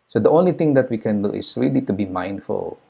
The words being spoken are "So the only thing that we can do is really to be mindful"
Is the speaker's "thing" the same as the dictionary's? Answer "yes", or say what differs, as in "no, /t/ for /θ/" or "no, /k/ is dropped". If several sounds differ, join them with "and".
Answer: no, /t/ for /θ/